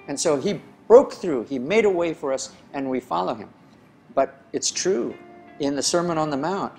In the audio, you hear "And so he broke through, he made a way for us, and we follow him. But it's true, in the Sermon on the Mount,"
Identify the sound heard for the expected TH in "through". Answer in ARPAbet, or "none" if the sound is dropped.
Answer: TH